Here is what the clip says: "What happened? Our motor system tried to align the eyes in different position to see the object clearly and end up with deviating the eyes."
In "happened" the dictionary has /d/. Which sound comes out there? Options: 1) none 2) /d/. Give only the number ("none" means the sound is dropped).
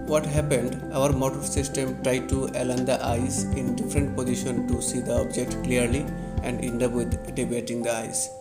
2